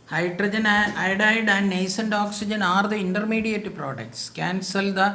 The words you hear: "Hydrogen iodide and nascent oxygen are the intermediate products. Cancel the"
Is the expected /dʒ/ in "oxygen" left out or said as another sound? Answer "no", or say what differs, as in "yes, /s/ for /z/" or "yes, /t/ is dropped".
no